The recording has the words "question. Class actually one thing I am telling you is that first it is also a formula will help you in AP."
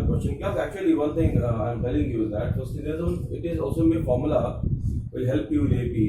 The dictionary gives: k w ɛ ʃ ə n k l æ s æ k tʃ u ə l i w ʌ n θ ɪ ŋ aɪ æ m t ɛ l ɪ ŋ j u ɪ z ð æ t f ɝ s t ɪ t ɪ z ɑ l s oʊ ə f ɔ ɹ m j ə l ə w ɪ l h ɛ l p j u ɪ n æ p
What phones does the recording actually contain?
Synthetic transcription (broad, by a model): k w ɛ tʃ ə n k æ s æ k tʃ u ə l i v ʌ n t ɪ ŋ aɪ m t ɛ l ɪ ŋ j u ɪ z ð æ t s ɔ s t ɪ t ɪ z ɑ l s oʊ ə f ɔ ɹ m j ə l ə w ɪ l h ɛ l p j u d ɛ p